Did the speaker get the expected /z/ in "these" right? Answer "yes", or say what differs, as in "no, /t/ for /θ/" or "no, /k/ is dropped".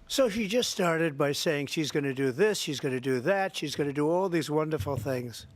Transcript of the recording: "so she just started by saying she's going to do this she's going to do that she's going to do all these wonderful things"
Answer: yes